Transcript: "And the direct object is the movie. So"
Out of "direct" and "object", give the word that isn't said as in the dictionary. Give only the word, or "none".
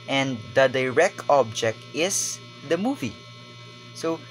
none